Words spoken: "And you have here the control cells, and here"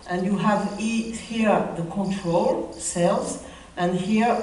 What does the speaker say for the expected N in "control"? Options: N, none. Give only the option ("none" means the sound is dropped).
N